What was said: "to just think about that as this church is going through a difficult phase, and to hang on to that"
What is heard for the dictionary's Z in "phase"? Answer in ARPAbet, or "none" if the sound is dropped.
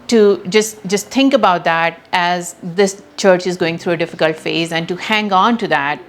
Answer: Z